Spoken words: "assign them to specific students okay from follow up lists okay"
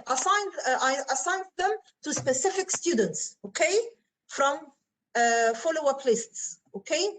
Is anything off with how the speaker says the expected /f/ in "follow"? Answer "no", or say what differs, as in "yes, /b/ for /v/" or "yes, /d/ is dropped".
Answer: no